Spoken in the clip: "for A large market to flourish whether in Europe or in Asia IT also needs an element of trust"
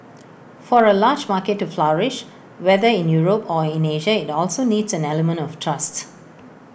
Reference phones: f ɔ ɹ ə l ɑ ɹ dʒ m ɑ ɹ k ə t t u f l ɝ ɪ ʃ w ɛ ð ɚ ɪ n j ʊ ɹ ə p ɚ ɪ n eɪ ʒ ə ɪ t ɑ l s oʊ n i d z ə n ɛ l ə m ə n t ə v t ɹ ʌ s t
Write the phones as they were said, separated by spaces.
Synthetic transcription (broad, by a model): f ɔ ɹ ə l ɑ dʒ m ɑ k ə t t u f l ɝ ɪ ʃ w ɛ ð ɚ ɪ n j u ɹ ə p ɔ ɪ n eɪ ʒ ə ɪ t ɑ l s oʊ n i d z ə n ɛ l ə m ə n t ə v t ɹ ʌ s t